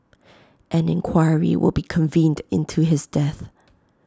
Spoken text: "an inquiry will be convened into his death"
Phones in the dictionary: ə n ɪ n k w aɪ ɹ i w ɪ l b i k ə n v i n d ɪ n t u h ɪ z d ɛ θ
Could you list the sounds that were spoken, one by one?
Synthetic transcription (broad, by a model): ə n ɪ n k w aɪ ɹ i w ɪ l b i k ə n v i n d ɪ n t u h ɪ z d ɛ θ